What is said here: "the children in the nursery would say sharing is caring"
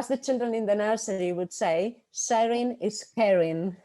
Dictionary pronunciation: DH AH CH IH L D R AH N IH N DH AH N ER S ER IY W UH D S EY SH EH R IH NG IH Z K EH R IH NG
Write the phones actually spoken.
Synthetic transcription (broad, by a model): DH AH CH IH L D R AH N IH N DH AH N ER S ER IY W UH D S EY S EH R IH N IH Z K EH R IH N